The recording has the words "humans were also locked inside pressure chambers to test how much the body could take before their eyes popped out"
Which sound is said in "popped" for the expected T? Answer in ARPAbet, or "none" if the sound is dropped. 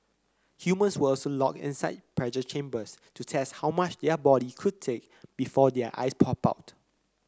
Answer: none